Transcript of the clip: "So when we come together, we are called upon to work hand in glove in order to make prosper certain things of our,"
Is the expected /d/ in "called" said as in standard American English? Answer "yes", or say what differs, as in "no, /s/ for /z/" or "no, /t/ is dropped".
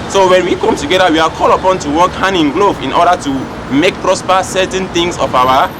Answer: no, /d/ is dropped